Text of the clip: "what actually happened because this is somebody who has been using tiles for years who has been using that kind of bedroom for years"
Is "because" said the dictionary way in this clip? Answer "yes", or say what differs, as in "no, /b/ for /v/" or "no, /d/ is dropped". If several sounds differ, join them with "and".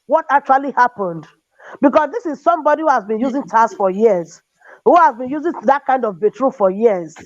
no, /s/ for /z/